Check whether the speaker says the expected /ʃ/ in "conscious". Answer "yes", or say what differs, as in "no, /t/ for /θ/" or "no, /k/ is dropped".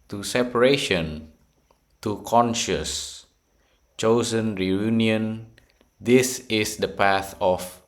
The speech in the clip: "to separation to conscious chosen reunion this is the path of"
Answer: yes